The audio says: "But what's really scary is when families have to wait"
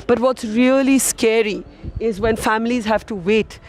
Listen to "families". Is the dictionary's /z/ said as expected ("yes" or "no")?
yes